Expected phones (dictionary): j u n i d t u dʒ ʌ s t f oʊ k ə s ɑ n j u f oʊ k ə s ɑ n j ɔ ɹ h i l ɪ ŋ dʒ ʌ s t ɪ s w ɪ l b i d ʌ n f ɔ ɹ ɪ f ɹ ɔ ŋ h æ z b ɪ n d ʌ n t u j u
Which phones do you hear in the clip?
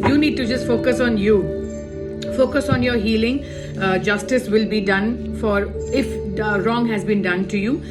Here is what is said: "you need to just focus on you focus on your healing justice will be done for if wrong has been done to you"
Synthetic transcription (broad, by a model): j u n i d t u dʒ ʌ s t f oʊ k ə s ɑ n j u f oʊ k ə s ɑ n j ɔ ɹ h i l ɪ ŋ dʒ ʌ s t ɪ s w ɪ l b i d ʌ n f ɔ ɹ ɪ f ɹ ɔ ŋ h æ z b ɪ n d ʌ n t u j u